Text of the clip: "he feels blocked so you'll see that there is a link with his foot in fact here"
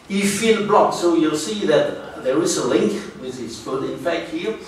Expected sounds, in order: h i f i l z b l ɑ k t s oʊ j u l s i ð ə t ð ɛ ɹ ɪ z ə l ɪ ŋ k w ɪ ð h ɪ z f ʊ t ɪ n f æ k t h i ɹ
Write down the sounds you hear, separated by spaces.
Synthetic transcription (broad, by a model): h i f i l b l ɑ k s oʊ j u l s i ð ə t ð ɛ ɹ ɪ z ə l ɪ ŋ k w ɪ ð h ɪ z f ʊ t ɪ n f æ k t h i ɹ